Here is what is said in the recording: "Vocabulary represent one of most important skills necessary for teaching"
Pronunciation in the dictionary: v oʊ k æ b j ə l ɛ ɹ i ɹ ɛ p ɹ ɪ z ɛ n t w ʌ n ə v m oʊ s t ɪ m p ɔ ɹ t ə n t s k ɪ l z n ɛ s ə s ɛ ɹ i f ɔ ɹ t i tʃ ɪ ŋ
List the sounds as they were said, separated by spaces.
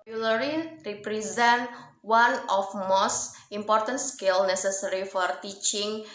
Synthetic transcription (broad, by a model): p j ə l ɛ ɹ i ɹ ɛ p ɹ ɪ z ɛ n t w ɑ n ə f m oʊ s t ɪ m p ɔ ɹ t ə n t s k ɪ l n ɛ s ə s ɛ ɹ i f ɔ ɹ t i tʃ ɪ ŋ